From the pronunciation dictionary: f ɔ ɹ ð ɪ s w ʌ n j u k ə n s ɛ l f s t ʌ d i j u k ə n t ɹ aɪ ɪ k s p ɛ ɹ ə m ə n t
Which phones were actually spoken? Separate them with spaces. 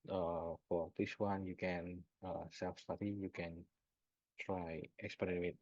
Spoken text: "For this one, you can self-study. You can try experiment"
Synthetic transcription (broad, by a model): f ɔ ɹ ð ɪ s w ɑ n j u k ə n s ɛ l f s t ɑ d i j u k ə n t ɹ aɪ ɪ k s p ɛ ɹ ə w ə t